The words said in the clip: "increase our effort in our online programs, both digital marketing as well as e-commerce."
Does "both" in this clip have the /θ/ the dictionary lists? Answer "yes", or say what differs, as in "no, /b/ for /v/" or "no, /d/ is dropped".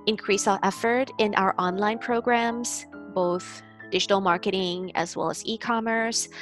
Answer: yes